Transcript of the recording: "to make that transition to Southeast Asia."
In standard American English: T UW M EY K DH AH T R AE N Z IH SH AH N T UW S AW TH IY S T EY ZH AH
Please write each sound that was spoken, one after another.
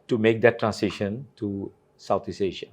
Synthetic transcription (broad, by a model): T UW M EY K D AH T R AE N S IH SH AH N T UW S AW T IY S EY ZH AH